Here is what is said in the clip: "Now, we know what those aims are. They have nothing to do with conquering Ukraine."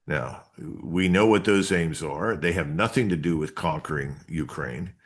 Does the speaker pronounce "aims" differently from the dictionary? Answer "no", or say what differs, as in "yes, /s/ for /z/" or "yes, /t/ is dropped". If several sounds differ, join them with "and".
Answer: no